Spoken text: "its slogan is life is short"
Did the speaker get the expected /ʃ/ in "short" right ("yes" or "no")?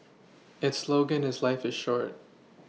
yes